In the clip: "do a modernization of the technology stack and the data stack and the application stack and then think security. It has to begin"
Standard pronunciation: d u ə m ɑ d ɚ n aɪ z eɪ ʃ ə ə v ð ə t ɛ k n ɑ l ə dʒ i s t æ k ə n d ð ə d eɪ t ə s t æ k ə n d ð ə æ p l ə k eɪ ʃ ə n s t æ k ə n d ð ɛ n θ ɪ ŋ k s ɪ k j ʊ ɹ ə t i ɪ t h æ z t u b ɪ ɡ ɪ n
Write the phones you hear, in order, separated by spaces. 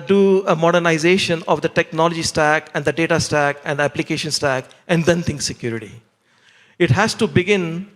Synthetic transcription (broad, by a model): d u ə m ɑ d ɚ n aɪ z eɪ ʃ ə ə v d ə t ɛ k n ɑ l ə dʒ i s t æ k ə n d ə d eɪ t ə s t æ k ə n d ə æ p l ə k eɪ ʃ ə n s t æ k ə n d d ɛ n t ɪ ŋ k s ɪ k j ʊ ɹ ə t i ɪ t h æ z t u b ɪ ɡ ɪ n